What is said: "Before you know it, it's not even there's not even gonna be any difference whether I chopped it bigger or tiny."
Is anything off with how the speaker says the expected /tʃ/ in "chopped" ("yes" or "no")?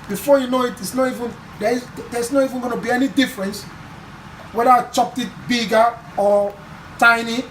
no